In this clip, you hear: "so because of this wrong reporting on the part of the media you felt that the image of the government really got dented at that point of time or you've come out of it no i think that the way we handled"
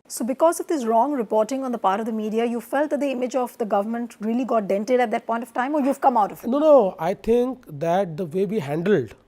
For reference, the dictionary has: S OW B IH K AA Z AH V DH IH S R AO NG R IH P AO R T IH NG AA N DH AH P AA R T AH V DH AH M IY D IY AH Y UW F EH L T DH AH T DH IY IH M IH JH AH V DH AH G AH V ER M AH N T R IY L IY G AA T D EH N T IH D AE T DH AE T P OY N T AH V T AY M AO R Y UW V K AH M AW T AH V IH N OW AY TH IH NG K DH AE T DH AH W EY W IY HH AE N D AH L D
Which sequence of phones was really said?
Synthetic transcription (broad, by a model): S OW B IH K AA Z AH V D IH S R AO NG R IH P AO R T IH NG AA N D AH P AA R T AH V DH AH M IY D IY AH Y UW F EH L T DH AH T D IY IH M IH JH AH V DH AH G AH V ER M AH N T R IY L IY G AA T D EH N T IH D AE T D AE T P OY N T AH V T AY M AO R Y UW V K AH M AW T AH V IH N OW AY T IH NG K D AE T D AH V EY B IY HH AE N D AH L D